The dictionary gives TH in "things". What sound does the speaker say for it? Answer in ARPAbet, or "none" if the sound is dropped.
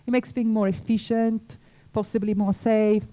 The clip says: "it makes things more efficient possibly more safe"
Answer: F